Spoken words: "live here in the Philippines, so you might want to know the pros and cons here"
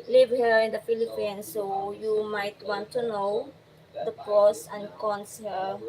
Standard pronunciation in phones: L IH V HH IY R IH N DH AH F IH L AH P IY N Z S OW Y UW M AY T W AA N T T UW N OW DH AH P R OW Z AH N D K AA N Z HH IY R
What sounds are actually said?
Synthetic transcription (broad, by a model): L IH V HH IY R IH N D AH F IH L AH P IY N S OW Y UW M AY T W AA N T T UW N OW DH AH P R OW S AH N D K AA N S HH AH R